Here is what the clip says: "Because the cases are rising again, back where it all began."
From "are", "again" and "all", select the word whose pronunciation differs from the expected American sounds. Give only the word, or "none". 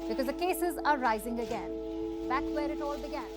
none